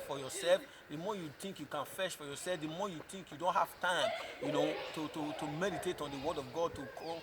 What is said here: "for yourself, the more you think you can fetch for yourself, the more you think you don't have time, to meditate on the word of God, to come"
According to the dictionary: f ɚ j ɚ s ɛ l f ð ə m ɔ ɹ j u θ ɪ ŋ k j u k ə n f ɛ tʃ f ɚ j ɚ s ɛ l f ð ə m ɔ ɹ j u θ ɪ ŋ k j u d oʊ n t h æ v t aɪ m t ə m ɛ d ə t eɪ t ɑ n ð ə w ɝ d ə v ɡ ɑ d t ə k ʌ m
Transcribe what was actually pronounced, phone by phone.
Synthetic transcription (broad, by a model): f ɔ j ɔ s ɛ l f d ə m ɔ j u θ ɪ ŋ k j u k ə n f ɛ ʃ f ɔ j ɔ s ɛ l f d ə m ɔ j u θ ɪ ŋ k j u d oʊ n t h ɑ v t aɪ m t ə m ɛ d ə t eɪ t ɑ n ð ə w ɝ d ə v ɡ ɑ d t ə k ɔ